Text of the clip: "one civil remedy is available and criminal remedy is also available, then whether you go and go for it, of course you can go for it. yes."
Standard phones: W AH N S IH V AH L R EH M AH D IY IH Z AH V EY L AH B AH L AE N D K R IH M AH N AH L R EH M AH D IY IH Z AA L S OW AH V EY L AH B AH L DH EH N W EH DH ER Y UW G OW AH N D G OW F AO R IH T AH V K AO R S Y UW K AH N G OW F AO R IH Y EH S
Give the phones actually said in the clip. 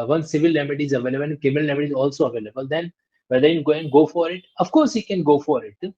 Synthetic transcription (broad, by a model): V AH N S IH V AH L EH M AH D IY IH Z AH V EY L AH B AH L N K IH M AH AH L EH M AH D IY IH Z AA L S OW AH V EY L AH B AH L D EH N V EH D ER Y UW G OW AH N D G OW F AO R IH T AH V K AO R S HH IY K AH N G OW F AO R IH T